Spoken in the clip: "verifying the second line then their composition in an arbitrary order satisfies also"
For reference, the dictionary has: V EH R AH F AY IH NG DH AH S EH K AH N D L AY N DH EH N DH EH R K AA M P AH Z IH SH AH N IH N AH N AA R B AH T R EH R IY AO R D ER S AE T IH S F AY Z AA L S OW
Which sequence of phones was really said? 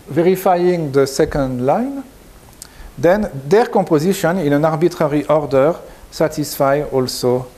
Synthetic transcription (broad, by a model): V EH R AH F AY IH NG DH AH S EH K AH N D L AY N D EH N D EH R K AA P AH Z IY SH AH N IH N AH N AA R B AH T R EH R IY AO R D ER S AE T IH S F AY AA L S OW